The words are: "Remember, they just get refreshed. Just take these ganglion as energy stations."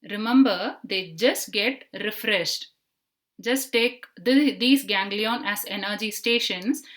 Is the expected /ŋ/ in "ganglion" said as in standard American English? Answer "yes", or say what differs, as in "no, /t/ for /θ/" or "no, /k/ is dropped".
yes